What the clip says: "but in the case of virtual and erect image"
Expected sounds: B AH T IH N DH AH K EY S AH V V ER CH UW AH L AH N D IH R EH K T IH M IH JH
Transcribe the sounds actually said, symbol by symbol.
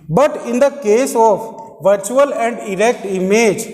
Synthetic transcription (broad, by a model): B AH T IH N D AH K EY S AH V V ER CH UW AH L AH N D IH R EH K T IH M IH JH